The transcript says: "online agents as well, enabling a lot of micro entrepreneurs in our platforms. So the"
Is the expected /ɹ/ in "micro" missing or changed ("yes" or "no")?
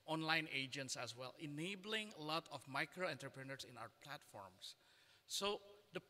no